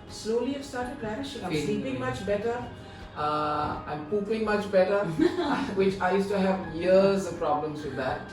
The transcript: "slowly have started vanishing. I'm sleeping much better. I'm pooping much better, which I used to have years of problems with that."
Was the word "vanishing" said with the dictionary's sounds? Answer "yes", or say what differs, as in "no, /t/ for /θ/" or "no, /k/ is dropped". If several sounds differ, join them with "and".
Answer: no, /p/ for /v/